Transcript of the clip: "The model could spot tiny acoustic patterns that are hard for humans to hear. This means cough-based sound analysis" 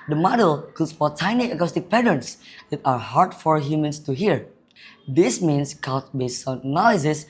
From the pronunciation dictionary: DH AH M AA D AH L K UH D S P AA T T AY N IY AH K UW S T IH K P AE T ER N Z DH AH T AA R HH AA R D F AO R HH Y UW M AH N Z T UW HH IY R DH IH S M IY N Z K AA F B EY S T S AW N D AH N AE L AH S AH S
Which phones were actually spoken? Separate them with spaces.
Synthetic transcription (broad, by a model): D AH M AA D AH L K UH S F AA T T AY N IY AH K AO S T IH K P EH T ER N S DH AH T AA R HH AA R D F AO R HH Y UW M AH N S T UW HH IY R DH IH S M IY N S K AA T B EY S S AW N AH N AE L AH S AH S